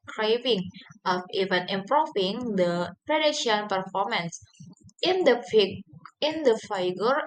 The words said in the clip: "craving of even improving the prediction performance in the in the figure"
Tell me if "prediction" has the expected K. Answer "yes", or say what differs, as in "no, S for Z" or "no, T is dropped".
no, K is dropped